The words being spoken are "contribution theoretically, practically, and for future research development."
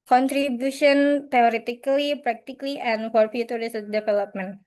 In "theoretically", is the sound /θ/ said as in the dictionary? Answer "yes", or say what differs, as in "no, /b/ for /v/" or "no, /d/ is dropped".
no, /t/ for /θ/